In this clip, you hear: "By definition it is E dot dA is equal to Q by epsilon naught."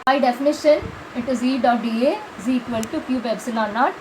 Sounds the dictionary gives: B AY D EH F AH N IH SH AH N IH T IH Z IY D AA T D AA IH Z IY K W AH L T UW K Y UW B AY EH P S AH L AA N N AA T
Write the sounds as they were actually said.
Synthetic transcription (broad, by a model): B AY D EH F AH N IH SH AH N IH T IH Z IY D AA T D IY IH Z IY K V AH L T UW K Y UW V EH B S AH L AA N N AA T